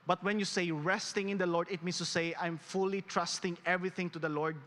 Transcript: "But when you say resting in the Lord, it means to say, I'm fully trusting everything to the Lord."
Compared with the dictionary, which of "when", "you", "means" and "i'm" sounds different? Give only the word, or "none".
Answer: means